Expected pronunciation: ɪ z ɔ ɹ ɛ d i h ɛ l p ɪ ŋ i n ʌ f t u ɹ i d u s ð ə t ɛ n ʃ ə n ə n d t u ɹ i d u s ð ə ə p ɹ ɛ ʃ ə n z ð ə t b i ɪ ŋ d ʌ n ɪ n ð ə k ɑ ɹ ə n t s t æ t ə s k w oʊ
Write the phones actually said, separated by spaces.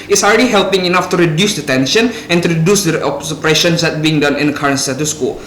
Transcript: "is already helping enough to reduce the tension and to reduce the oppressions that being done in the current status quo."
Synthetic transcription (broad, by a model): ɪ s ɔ l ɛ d i h ɛ l p ɪ ŋ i n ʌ f t u ɹ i d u s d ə t ɛ n ʃ ə n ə n t u ɹ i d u s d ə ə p ɹ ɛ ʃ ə n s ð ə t b i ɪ ŋ d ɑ n ɪ n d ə k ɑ ɹ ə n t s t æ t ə s k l